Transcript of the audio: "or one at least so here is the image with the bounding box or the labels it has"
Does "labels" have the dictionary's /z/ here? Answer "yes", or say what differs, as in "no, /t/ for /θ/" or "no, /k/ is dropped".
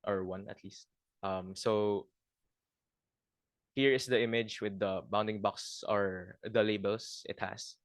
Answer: no, /s/ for /z/